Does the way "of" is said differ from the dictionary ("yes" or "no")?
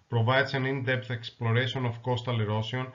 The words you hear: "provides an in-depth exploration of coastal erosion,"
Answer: yes